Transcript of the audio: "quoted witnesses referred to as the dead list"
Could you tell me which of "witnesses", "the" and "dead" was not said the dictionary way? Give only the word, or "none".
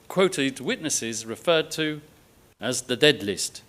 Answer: none